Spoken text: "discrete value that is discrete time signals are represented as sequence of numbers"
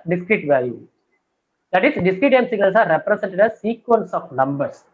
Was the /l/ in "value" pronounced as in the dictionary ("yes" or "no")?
no